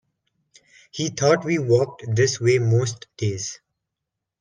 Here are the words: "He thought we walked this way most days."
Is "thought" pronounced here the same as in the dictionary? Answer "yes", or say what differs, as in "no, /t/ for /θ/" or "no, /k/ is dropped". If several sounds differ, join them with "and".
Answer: no, /t/ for /θ/